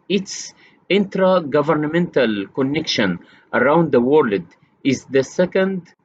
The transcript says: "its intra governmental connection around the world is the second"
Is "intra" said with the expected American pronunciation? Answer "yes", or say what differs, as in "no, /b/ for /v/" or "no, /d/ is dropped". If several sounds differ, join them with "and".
yes